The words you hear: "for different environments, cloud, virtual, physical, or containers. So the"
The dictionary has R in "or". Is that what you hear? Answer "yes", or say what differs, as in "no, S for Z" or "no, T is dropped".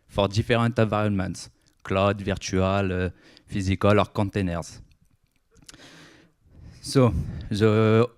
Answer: yes